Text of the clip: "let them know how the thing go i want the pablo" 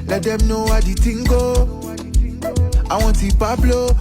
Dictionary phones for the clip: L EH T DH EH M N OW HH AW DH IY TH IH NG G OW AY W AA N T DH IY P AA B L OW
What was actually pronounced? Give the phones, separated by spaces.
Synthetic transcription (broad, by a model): L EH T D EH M N OW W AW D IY T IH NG G OW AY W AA T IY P AA B L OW